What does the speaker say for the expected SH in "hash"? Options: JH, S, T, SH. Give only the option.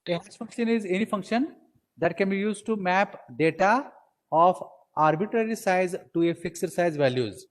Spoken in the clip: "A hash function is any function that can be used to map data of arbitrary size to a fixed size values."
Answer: S